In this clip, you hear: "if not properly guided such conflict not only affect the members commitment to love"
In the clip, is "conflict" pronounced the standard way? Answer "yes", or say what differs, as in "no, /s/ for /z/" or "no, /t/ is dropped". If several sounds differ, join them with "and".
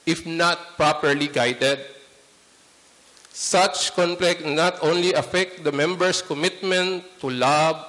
no, /p/ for /f/